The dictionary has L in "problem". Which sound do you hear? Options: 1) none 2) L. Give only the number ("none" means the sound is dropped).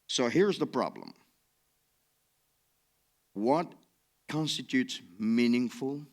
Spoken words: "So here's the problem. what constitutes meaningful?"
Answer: 2